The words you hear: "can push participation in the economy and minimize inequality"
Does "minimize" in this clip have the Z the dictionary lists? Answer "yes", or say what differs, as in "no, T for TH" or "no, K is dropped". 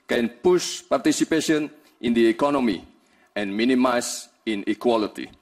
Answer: no, S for Z